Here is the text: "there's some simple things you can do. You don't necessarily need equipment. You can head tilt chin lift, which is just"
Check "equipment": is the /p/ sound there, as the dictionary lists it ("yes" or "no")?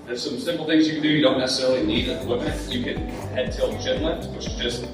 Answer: no